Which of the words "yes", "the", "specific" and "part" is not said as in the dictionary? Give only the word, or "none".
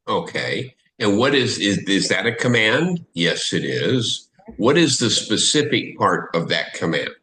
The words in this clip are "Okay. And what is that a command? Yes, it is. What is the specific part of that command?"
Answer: none